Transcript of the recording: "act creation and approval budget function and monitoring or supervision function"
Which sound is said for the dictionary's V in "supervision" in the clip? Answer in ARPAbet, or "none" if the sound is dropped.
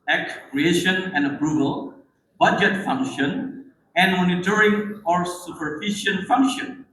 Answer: F